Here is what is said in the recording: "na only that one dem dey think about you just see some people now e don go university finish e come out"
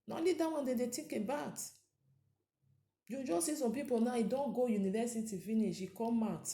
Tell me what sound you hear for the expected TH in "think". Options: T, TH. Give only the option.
T